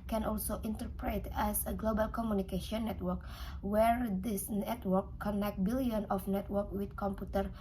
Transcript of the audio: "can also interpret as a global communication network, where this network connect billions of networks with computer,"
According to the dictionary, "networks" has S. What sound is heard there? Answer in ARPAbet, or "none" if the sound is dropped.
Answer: none